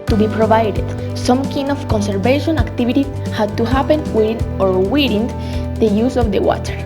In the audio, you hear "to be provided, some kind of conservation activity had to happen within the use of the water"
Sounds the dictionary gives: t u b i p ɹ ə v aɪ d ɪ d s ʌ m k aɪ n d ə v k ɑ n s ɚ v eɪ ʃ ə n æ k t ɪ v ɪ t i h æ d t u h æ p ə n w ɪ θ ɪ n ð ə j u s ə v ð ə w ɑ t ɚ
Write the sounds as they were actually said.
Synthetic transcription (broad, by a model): t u b i p ɹ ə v aɪ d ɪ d s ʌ m k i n ə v k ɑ n s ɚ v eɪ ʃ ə n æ k t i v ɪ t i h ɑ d t u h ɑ p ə n w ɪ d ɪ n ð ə j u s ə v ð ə w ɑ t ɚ